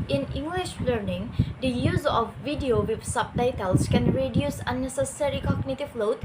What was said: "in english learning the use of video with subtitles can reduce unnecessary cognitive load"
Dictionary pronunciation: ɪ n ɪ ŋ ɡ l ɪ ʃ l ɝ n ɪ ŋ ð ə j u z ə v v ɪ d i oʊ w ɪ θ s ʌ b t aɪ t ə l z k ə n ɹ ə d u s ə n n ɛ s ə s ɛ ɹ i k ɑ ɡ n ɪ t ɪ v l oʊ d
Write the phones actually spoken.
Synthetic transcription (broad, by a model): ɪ n ɪ ŋ ɡ l ɪ ʃ l ɝ n ɪ ŋ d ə j u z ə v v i d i oʊ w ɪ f s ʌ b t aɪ t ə l s k ə n ɹ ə d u s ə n n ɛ s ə s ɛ ɹ i k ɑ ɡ n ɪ t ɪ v l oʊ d